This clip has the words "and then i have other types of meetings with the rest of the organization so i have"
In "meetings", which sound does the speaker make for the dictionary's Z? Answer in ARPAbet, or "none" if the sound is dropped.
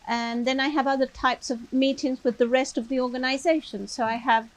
Z